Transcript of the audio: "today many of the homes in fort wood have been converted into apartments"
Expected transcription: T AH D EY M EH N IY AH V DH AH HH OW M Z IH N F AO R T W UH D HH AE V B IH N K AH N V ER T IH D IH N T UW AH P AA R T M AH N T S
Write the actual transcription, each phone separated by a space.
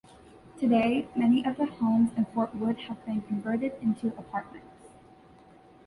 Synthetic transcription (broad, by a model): T AH D EY M EH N IY AH V DH AH HH OW M Z IH N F AO R T W UH D HH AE V B IH N K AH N V ER T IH D IH N T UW AH P AA R T M AH N T S